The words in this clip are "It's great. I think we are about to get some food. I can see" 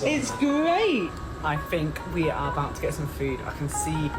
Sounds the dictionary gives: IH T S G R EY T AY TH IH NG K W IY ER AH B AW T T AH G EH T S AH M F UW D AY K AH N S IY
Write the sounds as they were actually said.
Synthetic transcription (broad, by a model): IH T S G R EY T AY TH IH NG K W IY ER AH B AW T T AH G EH T S AH M F UW D AY K AH N S IY